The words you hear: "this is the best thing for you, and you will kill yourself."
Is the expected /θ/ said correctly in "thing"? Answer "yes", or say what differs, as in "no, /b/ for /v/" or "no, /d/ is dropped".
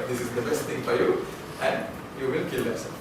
no, /t/ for /θ/